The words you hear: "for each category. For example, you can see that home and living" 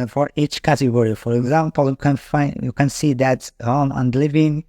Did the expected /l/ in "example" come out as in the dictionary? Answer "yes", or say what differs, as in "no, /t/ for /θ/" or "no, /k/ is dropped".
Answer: no, /n/ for /l/